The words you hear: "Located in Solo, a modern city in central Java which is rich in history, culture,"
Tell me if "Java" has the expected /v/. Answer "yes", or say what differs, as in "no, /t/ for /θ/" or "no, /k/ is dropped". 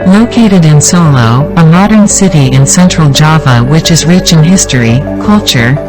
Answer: yes